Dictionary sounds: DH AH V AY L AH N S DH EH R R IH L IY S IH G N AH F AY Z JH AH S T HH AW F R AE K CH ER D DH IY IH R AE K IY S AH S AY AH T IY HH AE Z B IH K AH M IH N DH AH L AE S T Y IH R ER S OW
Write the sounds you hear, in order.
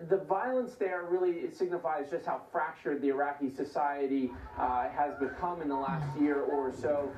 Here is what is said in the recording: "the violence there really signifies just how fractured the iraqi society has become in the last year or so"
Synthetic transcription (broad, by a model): DH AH V AY L AH N S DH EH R R IH L IY S IH G N AH F AY Z JH AH S T HH AW F R AE K CH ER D DH IY IH R AE K IY S AH S AY AH T IY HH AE Z B IH K AH M IH N DH AH L AE S T Y IH R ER S OW